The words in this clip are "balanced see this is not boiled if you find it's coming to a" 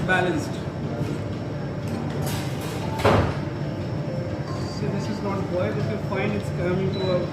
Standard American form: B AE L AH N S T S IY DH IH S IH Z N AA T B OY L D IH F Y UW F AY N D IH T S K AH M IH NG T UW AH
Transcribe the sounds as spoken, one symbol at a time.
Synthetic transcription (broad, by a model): B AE L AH N S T S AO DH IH S IH Z N AA T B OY D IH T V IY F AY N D IH T S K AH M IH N T UW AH